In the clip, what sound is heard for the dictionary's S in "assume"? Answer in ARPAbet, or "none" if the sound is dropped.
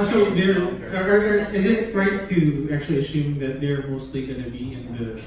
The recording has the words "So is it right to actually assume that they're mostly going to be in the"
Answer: S